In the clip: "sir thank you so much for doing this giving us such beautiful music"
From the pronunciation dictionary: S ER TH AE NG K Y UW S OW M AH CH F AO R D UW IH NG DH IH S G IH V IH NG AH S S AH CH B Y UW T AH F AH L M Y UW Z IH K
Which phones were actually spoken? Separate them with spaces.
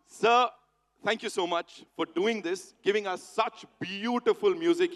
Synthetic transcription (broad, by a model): S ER T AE NG K Y UW S OW M AH CH F AO R D UW IH NG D IH S G IH V IH NG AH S S AH CH B Y UW T AH F AH L M Y UW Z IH K